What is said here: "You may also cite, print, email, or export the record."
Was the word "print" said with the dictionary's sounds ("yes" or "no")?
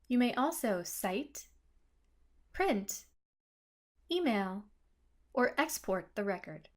yes